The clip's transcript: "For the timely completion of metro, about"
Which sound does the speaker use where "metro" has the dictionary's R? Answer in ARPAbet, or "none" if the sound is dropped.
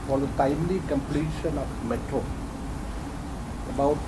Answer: none